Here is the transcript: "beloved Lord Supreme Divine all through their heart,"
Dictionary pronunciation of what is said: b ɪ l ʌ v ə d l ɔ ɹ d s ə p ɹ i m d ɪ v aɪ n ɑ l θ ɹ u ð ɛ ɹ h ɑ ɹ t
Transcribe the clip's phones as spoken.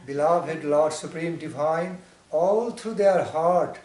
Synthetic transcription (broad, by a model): b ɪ l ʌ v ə d l ɔ ɹ d s ə p ɹ i m d ɪ v aɪ n ɑ l t ɹ u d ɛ ɹ h ɑ ɹ t